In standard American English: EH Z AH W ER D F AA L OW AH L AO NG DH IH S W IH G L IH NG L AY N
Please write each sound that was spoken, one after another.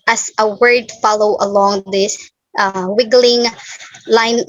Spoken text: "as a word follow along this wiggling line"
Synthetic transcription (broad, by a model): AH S AH W ER D F AA L OW AH L AO NG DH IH S W IH G L IH NG L AY N